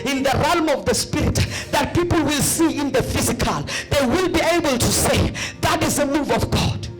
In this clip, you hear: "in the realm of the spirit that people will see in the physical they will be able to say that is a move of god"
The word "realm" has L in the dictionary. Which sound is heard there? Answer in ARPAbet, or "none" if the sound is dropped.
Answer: L